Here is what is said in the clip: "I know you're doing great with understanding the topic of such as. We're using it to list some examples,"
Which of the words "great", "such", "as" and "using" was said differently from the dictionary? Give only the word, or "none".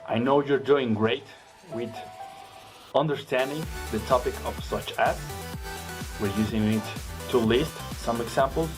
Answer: as